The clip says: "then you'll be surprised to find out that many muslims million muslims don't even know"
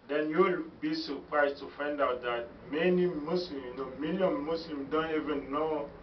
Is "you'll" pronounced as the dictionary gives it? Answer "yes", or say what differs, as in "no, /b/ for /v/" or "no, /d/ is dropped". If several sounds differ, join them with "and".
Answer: yes